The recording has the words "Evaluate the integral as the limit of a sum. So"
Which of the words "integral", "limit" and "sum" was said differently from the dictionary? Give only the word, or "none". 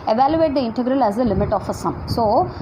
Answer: none